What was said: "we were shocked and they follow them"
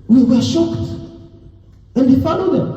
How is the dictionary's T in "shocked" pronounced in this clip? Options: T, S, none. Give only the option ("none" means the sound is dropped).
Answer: T